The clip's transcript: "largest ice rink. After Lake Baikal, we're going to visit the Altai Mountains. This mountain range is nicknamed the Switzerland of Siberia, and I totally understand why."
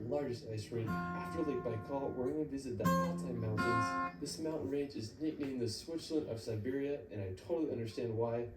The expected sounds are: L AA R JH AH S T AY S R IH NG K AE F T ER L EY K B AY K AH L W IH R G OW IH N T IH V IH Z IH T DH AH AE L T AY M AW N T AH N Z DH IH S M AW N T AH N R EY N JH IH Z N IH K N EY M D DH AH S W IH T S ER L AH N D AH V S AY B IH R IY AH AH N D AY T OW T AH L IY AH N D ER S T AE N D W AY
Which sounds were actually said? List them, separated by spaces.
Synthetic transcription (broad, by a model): L AA R JH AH S T AY S R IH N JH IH F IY L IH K B AY K AH L W IH R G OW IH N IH V IH Z IH T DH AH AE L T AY M AW N T AH N Z DH IH S M AW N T N R EY N JH IH Z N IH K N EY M DH AH S W IH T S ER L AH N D AH V S AY B IH R IY AH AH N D AY T OW T L IY AH N D ER S T AE N D W AY